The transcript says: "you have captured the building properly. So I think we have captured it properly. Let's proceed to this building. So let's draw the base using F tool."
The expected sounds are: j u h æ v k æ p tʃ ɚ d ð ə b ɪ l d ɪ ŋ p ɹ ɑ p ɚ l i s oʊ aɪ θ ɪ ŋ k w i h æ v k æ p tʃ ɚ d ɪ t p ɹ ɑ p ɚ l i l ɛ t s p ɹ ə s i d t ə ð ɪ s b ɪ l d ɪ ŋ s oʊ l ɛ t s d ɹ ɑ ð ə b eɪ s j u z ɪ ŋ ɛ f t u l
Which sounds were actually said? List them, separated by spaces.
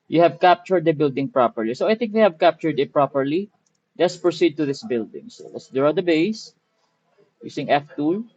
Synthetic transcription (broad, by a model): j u h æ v k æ p tʃ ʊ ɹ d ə b ɪ l d ɪ ŋ p ɹ ɑ p ɚ l i s oʊ aɪ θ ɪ ŋ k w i h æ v k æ p tʃ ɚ d ɪ t p ɹ ɑ p ɚ l i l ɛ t s p ɹ ə s i d t ə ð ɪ s b ɪ l d ɪ ŋ s oʊ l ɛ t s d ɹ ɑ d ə b eɪ s j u s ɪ ŋ ɛ f t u l